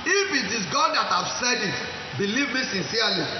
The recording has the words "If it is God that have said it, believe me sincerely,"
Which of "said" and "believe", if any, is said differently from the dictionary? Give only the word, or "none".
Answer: none